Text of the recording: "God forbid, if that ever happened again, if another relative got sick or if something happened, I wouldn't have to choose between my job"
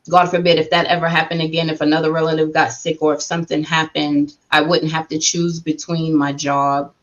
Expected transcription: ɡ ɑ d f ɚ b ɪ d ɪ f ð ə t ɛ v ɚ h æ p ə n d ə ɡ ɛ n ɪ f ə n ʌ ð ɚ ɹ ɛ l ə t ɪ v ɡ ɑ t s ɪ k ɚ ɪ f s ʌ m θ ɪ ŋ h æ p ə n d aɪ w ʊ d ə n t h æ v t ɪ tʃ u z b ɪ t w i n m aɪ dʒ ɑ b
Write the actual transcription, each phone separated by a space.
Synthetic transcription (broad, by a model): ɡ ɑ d f ɚ b ɪ d ɪ f ð ə t ɛ v ɚ h æ p ə n d ə ɡ ɛ n ɪ f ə n ʌ ð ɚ ɹ ɛ l ə t ɪ v ɡ ɑ t s ɪ k ɚ ɪ f s ʌ m θ ɪ ŋ h æ p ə n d aɪ w ʊ d n t h æ f t ɪ tʃ u z b ɪ t w i n m aɪ dʒ ɑ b